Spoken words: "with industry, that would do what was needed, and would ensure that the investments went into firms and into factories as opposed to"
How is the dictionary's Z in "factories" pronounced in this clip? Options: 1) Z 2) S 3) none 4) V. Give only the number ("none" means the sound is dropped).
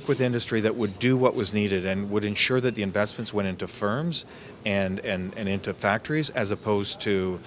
1